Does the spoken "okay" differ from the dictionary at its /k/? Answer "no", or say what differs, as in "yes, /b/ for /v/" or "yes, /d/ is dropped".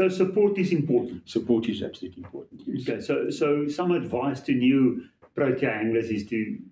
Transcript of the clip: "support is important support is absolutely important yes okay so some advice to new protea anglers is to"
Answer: yes, /k/ is dropped